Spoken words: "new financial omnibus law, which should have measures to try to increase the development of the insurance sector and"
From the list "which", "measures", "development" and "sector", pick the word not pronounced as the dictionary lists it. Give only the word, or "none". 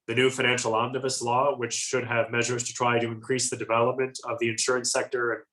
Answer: none